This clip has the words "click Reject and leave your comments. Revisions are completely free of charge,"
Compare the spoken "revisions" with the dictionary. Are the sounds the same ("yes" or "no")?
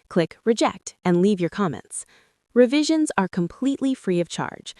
yes